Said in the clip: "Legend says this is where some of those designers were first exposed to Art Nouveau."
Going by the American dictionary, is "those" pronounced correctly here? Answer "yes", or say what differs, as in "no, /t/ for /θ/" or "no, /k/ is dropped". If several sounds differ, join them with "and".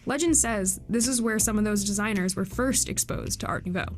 yes